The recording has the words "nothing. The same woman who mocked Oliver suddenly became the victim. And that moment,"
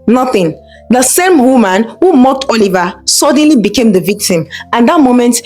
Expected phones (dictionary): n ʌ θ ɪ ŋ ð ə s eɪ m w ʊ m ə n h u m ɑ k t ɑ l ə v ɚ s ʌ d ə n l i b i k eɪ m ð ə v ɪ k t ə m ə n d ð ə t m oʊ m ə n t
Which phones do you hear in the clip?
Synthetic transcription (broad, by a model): n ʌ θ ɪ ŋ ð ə s eɪ m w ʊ m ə n h u m ɑ k t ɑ l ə v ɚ s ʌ d n l i b i k eɪ m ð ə v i k t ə m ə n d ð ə t m oʊ m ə n t